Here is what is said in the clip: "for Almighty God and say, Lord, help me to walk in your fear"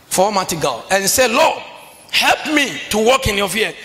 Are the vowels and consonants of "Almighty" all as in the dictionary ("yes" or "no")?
no